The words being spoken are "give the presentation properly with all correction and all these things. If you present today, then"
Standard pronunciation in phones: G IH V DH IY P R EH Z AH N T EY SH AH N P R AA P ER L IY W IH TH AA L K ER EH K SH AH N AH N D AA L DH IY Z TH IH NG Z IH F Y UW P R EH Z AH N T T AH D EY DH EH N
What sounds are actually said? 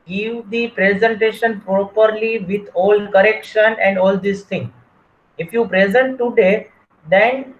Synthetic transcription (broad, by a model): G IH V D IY P R EH Z AH N T EY SH AH N P R AA P ER L IY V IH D AA L K ER EH K SH AH N AH N D AA L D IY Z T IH NG IH F Y UW P R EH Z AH N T T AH D EY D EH N